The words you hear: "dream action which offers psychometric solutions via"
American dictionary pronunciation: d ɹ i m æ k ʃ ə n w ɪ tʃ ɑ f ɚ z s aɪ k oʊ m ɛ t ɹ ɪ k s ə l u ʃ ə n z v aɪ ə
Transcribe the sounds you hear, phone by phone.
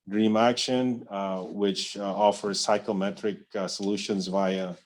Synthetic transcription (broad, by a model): d ɹ i m æ k ʃ ə n w ɪ tʃ ɑ f ɚ z s aɪ k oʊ m ɛ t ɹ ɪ k s ə l u ʃ ə n z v aɪ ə